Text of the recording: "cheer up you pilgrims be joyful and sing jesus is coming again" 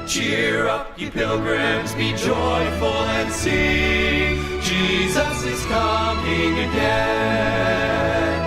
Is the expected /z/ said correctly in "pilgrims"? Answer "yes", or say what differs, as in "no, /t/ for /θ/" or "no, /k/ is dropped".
yes